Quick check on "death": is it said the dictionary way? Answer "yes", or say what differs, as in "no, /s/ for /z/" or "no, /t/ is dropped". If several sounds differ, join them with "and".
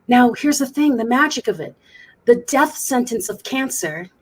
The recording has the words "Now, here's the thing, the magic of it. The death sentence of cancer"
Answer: yes